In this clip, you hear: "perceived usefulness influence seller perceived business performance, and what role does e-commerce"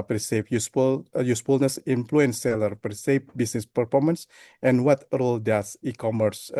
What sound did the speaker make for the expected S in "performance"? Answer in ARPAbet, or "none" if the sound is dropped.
S